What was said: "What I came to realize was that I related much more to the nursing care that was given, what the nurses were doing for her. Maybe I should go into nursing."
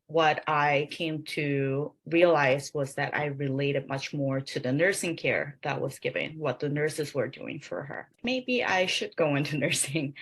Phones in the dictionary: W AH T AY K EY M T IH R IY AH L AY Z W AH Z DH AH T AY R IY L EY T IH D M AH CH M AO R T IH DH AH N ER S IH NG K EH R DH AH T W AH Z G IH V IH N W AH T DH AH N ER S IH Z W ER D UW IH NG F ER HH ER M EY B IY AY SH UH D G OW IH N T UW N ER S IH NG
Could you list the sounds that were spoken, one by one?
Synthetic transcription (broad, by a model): W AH T AY K EY M T IH R IY AH L AY Z W AH Z DH AH T AY R IY L EY T IH D M AH CH M AO R T IH DH AH N ER S IH NG K EH R DH AH T W AH Z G IH V IH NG W AH T DH AH N ER S IH Z W ER D UW IH NG F ER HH ER M EY B IY AY SH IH D G OW IH N T UW N ER S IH NG